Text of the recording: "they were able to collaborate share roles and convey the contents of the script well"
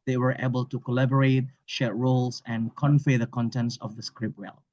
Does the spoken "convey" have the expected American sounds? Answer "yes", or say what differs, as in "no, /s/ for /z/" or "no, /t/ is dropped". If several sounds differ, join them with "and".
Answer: no, /f/ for /v/